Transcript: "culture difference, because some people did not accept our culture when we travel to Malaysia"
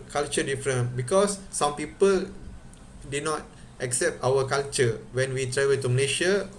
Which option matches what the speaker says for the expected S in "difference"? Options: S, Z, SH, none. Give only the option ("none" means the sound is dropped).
none